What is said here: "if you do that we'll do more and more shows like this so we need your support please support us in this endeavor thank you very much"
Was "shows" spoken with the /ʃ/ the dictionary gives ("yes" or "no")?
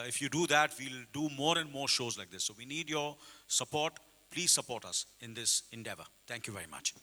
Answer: yes